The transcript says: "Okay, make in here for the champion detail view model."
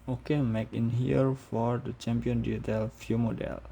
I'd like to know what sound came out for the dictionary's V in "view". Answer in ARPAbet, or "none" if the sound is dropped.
F